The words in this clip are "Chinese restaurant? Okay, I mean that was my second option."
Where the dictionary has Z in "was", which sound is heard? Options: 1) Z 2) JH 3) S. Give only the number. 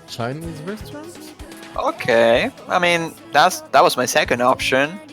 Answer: 1